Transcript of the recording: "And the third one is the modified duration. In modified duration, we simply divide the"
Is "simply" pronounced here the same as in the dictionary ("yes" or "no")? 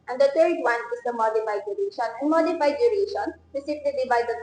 no